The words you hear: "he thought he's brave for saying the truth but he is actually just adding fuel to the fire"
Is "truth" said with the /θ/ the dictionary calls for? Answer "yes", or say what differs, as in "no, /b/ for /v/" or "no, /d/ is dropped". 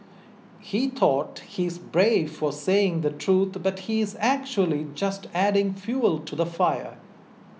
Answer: no, /t/ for /θ/